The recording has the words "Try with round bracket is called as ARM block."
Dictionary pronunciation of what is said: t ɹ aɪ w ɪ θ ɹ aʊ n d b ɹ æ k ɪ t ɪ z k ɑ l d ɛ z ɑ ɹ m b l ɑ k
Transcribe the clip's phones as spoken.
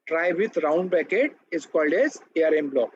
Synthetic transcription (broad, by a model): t ɹ aɪ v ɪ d ɹ aʊ n d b æ k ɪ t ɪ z k ɑ l d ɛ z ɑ ɹ m b l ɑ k